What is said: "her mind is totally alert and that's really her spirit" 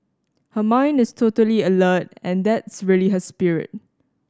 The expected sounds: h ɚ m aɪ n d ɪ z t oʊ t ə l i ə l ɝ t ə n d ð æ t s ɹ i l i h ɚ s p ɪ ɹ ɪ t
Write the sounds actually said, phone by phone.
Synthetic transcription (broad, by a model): h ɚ m aɪ n d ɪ s t oʊ t ə l i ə l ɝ t ə n d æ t s ɹ i l i h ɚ s p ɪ ɹ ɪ t